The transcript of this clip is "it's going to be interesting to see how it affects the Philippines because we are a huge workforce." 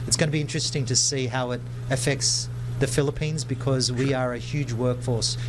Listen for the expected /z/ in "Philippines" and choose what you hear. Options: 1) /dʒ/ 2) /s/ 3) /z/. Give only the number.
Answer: 3